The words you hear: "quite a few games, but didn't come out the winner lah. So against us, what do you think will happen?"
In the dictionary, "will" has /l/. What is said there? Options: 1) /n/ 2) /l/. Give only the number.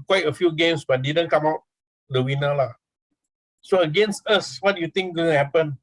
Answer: 1